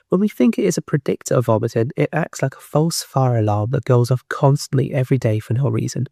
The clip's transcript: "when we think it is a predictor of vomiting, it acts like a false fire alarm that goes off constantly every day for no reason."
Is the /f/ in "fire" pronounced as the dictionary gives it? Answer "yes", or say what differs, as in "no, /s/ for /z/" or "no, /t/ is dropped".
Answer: yes